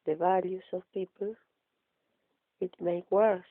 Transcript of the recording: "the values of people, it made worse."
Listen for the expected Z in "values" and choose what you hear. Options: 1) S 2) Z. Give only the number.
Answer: 1